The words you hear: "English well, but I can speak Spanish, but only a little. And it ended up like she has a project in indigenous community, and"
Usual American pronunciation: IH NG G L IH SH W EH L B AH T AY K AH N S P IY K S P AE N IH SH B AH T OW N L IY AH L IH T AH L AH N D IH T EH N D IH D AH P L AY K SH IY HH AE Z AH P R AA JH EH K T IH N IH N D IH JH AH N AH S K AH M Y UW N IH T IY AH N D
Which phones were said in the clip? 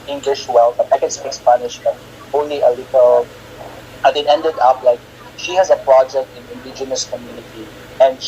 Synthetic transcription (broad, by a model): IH NG G L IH SH W EH L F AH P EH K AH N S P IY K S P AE N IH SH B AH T OW N L IY AH L IH T AH L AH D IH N EH N D IH D AH P L AY K SH IY HH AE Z AH P R AA JH EH K T IH N IH N D IH JH AH N AH S K AH M Y UW N IH T IY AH N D